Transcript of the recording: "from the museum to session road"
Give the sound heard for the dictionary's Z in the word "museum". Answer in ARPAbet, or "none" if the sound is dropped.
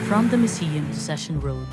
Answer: S